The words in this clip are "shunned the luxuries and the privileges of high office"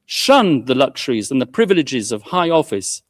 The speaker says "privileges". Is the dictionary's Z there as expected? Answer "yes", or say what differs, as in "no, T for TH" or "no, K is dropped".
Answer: yes